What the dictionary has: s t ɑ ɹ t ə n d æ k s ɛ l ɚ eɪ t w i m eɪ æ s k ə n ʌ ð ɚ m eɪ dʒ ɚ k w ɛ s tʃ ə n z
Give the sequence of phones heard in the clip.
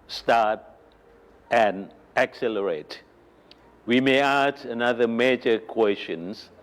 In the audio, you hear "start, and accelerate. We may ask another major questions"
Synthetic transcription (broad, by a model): s t ɑ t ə n æ k s ɛ l ɚ eɪ t w i m eɪ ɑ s ə n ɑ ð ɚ m eɪ dʒ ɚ k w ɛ s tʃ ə n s